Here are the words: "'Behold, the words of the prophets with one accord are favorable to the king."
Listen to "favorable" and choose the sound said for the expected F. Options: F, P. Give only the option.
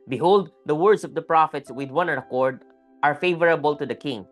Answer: F